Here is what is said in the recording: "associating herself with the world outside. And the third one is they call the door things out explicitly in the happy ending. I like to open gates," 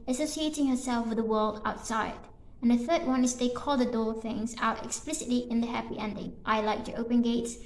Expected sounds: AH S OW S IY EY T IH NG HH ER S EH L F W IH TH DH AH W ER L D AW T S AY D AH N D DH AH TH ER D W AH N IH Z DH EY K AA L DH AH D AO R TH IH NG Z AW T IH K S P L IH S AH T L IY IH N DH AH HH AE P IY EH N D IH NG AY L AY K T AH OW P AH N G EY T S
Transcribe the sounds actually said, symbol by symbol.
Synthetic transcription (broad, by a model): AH S OW S IY EY T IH NG HH ER S EH L F W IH DH AH W ER L D AW T S AY D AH N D DH AH TH ER D W AH N IH Z DH EY K AA L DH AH D AO R TH IH NG Z AW T IH K S P L IH S AH T L IY IH N DH AH HH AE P IY EH N D IH NG AY L AY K T AH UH P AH N G EY T S